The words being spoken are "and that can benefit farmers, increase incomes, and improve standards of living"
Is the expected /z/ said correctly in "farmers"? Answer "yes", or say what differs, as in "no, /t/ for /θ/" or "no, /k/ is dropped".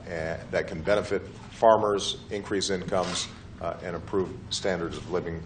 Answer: yes